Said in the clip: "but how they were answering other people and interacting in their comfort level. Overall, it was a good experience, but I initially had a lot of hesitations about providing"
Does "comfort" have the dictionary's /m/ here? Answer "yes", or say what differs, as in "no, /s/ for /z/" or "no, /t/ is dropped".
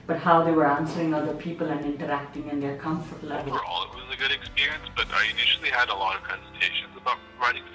yes